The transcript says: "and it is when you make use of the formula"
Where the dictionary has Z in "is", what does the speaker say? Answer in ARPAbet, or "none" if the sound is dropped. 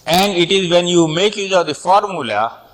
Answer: Z